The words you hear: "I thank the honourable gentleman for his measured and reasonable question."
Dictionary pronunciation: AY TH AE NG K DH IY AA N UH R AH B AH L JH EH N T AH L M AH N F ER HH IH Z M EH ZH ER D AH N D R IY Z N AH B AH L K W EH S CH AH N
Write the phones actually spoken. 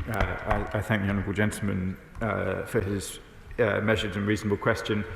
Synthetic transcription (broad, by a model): AY TH AE NG K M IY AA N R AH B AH L JH EH N T L M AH N F ER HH IH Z M EH ZH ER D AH N R IY Z N AH B AH L K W EH S CH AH N